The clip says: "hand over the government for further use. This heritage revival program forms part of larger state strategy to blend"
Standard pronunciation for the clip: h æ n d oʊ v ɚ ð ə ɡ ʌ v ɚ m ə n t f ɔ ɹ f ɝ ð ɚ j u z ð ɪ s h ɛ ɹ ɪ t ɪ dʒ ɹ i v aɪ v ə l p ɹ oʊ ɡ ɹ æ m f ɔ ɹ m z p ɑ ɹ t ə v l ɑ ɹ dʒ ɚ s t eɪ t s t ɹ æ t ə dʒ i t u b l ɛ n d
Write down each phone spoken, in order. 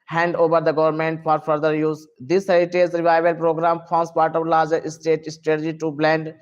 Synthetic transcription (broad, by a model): h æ n d oʊ v ɚ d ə ɡ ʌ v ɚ m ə n t f ɔ ɹ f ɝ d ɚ j u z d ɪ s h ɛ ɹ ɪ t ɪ z ɹ i v aɪ v ə l p ɹ oʊ ɡ ɹ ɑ m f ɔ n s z p ɑ ɹ t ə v l ɑ ɹ dʒ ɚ s t eɪ t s t ɹ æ t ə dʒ i t u b l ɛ n d